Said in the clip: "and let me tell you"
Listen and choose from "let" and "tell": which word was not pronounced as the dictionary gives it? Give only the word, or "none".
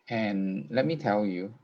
none